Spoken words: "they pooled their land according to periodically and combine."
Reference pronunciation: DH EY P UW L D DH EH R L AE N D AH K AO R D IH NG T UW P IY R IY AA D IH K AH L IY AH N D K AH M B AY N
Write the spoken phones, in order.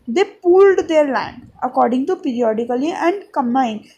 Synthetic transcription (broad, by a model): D EY P UW L D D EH R L AE N D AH K AO R D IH NG T UW P IY R IY AA D IH K AH L IY AH N D K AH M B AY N